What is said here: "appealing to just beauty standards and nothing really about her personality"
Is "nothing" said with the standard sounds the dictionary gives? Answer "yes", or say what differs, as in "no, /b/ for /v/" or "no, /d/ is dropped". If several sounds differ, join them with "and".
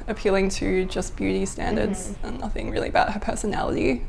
yes